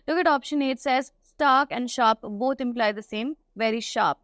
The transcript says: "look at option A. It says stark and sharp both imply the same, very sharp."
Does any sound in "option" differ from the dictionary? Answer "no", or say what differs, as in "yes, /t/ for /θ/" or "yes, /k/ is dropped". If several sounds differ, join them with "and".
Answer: no